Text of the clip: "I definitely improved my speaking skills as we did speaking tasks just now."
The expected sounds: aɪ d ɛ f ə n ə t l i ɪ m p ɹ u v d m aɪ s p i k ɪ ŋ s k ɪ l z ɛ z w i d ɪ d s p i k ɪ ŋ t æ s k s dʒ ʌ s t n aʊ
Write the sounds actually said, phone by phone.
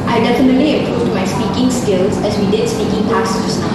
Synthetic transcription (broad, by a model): aɪ d ɛ f ə n ə t l i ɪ p ɹ u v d m aɪ s p i k ɪ ŋ s k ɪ l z ɛ z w i d ɪ d s p i k ɪ ŋ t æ k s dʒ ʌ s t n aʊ